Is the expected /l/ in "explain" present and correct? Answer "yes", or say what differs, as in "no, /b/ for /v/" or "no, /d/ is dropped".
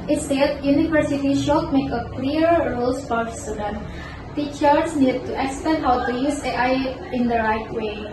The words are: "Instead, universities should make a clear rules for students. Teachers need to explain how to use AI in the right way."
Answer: no, /l/ is dropped